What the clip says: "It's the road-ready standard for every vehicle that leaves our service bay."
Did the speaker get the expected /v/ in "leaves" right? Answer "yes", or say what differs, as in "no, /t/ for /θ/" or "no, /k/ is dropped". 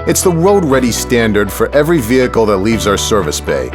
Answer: yes